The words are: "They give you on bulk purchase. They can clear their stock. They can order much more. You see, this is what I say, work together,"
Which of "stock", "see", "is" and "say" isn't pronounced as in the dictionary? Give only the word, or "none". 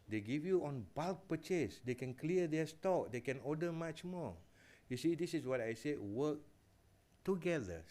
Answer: is